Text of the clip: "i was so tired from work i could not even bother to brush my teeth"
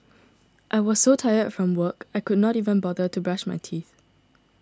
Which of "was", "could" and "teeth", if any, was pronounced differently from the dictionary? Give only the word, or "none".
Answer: none